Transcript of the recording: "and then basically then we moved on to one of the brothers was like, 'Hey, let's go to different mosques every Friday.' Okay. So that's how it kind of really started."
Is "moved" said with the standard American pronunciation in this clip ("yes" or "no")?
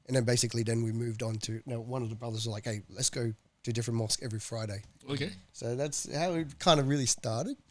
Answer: yes